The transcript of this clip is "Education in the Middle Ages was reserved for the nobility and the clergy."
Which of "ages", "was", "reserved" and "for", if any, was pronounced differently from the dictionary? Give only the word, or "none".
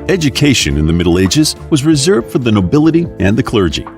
none